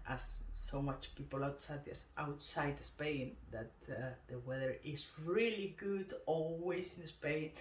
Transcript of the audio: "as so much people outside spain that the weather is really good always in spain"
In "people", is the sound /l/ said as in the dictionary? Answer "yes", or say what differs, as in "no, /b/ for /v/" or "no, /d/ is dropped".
no, /w/ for /l/